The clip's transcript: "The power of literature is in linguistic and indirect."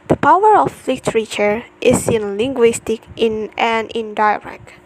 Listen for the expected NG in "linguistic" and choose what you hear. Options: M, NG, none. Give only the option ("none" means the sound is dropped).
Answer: NG